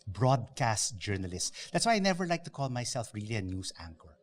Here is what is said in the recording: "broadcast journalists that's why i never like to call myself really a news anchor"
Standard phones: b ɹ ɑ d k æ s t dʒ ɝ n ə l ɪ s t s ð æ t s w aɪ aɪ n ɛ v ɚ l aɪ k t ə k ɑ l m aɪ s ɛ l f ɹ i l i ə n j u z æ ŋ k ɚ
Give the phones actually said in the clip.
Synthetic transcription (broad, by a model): b ɹ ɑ d k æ s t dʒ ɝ n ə l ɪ s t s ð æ t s w aɪ aɪ n ɛ v ɚ l aɪ k t ə k ɑ l m aɪ s ɛ l f ɹ i l i ə n j u s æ ŋ k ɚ